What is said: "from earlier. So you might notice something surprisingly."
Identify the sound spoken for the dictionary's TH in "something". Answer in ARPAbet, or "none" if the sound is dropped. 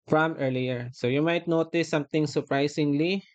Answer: T